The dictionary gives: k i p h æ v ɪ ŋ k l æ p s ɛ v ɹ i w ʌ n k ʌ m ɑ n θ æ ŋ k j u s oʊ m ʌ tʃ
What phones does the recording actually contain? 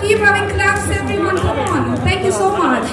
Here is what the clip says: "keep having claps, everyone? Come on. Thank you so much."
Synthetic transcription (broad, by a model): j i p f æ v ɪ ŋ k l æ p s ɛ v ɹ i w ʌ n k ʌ ɑ n t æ ŋ k j u s oʊ m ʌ tʃ